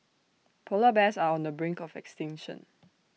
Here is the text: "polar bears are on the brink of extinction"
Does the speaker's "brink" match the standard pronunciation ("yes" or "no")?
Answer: yes